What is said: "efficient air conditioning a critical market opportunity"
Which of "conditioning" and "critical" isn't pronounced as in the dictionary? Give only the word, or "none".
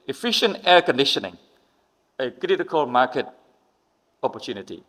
none